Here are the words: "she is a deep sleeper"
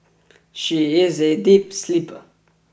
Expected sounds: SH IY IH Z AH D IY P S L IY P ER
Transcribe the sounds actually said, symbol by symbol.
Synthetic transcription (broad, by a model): SH IY IH Z AH D IY P S L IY P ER